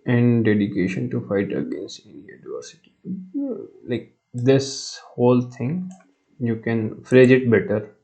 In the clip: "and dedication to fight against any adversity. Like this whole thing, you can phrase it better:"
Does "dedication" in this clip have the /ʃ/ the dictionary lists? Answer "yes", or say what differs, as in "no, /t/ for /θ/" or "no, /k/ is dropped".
yes